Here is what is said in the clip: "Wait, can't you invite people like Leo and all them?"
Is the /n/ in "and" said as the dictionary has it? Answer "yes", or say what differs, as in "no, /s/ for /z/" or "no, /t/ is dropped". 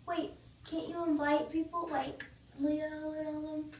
no, /l/ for /n/